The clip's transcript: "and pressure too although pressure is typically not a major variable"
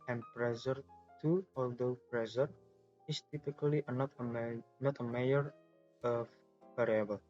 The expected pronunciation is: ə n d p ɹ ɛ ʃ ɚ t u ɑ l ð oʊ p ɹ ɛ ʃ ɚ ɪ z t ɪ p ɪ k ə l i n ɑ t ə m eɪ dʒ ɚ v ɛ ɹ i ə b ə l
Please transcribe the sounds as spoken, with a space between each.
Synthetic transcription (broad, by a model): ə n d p ɹ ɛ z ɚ t u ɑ l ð oʊ p ɹ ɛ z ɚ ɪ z t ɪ p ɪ k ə n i n ɑ t ə m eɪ ɚ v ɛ ɹ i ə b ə l